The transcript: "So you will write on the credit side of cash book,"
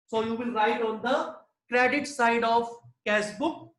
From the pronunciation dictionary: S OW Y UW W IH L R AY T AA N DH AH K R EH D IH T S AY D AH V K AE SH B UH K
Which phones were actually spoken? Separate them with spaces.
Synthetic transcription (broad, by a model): S OW Y UW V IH L R AY T AA N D AH K R EH D IH T S AY D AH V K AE S B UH K